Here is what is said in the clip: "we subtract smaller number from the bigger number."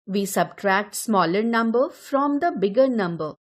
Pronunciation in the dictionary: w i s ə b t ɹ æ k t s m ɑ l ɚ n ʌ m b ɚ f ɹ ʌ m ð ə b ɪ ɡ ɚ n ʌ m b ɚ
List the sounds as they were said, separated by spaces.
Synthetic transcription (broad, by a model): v i s ə b t ɹ æ k t s m ɑ l ɚ n ʌ m b ɚ f ɹ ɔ m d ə b ɪ ɡ ɚ n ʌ m b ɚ